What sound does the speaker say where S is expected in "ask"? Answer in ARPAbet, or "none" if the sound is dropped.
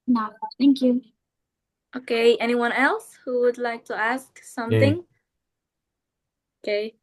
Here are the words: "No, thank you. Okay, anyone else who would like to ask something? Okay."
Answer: S